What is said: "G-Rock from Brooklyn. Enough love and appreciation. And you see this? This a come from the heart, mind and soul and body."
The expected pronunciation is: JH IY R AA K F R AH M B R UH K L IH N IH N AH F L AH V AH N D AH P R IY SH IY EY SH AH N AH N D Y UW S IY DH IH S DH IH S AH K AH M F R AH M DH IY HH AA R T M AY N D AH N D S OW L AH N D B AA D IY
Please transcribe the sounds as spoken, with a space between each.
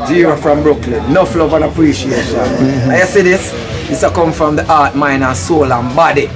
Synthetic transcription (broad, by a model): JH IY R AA F R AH M B R UH K L IH N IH F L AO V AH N AH P R IY SH IY EY SH AH N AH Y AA S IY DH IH S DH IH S AH K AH M F R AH M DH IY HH AA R T M AY N AH S OW L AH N B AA D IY